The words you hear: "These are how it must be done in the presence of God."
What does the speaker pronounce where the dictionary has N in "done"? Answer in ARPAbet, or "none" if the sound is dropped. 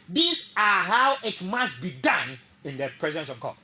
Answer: N